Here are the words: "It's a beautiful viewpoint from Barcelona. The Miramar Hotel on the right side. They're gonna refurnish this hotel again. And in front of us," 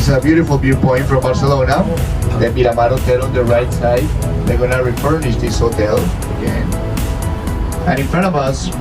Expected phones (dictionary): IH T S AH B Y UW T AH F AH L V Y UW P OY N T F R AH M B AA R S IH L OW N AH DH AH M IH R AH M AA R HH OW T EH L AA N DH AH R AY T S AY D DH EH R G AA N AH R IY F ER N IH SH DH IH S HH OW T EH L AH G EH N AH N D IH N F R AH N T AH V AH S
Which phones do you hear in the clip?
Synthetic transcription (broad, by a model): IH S AH B Y UW T AH F AH L B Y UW P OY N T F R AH M B AA R S IH L OW N AH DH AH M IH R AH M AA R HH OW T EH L AA N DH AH R AY T S AY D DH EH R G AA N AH R IY F ER N IH SH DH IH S HH OW T EH L AH G EH N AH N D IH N F R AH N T AH V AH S